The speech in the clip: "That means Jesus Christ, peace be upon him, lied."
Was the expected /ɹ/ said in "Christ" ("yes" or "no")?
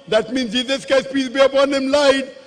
no